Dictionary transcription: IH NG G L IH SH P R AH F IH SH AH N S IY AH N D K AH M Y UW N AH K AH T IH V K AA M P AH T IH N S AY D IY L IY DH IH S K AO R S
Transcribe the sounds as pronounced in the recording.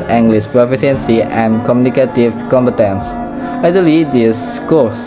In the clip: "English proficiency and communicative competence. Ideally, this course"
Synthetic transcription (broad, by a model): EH NG G L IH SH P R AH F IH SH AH N S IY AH N K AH M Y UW N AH K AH T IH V K AA M P AH T IH N S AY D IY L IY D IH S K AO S